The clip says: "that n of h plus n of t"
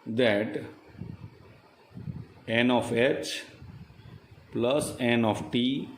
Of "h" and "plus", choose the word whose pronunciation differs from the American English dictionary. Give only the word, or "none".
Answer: none